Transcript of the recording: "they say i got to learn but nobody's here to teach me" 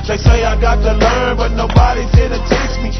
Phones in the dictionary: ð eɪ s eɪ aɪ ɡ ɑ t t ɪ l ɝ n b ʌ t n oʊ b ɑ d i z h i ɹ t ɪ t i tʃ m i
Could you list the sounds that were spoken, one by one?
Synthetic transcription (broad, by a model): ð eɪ s eɪ aɪ ɡ ɑ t t ɪ l ɝ n b ʌ t n oʊ b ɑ d i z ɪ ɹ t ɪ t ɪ s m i